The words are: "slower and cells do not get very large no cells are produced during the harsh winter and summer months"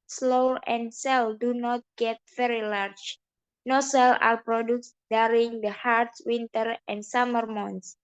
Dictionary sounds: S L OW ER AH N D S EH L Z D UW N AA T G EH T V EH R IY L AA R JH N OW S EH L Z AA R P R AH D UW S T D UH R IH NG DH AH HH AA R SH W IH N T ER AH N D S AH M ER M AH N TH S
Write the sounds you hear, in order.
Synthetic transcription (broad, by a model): S L OW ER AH N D S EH L D UW N AA T G EH T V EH R IY L AA R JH N OW S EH L AA R P R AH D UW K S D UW R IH NG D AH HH AA R S W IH N T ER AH N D S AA M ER M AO N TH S